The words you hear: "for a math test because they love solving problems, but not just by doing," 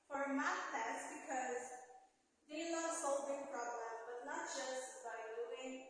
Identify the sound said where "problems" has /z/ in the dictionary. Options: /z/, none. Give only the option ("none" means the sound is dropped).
none